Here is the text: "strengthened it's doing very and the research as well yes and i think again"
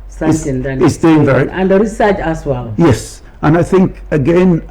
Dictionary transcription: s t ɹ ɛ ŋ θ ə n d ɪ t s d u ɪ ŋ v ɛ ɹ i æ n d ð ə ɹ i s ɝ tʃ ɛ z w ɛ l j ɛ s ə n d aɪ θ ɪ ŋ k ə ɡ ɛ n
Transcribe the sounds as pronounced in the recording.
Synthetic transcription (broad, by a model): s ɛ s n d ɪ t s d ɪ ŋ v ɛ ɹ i n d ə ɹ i s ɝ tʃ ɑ s w ɛ l j ɛ s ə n aɪ θ ɪ ŋ k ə ɡ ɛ n